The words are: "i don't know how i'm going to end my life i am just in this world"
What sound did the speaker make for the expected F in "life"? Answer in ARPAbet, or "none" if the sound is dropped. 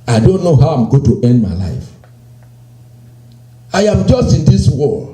F